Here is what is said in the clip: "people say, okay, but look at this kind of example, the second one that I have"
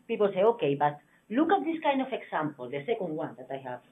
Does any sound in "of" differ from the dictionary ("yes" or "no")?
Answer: yes